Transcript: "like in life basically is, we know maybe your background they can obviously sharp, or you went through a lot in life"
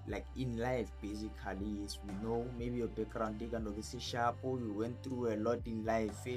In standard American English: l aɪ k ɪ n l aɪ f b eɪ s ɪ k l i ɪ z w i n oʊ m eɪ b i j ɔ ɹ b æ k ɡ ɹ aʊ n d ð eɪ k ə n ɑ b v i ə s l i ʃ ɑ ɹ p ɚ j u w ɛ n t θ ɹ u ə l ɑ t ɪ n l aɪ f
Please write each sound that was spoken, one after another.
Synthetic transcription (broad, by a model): l aɪ k ɪ n l aɪ f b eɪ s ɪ k l i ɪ s w i n oʊ m eɪ b i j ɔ b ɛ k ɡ ɹ aʊ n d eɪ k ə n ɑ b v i s i ʃ ɑ p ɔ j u w ɛ n t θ ɹ u ə l ɑ t ɪ n l aɪ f